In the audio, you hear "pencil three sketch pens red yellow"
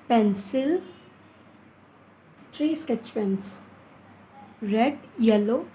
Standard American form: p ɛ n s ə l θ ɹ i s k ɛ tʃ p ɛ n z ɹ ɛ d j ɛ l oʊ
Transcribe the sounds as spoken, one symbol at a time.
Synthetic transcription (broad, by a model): p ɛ n s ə l t ɹ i s k ɛ tʃ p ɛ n s ɹ ɛ d j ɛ l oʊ